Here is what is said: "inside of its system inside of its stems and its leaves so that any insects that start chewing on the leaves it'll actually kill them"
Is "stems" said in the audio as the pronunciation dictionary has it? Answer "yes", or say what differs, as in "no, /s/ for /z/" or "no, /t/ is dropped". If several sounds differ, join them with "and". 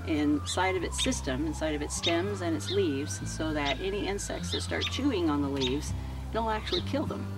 yes